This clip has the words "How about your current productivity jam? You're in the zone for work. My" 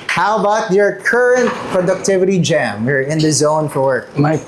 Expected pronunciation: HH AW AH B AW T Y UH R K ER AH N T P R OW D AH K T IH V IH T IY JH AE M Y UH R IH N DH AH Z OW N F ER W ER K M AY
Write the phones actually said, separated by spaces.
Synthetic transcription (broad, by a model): HH AW AH B AW T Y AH R K ER AH N T P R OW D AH K T IH V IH T IY JH AE M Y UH R IH N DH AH Z OW N F ER W ER K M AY